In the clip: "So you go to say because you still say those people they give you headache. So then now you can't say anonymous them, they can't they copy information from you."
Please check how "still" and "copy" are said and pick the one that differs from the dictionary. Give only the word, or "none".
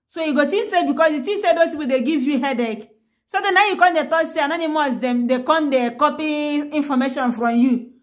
still